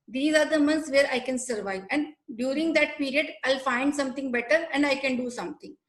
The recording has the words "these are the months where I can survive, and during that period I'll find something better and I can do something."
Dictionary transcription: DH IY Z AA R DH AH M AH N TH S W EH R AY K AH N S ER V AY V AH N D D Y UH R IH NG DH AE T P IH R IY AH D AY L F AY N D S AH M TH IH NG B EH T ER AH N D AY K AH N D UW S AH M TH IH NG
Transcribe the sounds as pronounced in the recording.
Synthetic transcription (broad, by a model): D IY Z AA R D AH M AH N T S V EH R AY K AH N S ER V AY V AH N D D Y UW R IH NG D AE T P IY R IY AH D AY L F AY N D S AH M T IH NG B EH T ER AH N D AY K AH N D UW S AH M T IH NG